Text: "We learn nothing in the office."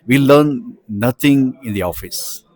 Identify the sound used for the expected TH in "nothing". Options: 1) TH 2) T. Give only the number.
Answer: 2